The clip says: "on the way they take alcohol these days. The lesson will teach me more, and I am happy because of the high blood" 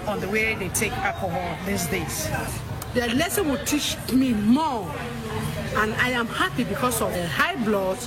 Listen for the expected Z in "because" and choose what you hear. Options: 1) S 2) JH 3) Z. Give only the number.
1